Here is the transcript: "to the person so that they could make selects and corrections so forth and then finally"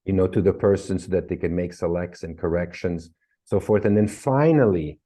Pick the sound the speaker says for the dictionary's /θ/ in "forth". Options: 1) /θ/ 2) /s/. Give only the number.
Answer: 1